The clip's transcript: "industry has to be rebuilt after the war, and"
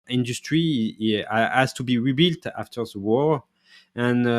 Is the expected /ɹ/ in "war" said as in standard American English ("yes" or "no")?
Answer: yes